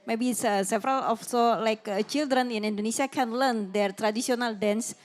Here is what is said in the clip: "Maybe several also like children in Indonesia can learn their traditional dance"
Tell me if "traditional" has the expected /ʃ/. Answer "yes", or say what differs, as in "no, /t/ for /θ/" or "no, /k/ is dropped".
no, /s/ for /ʃ/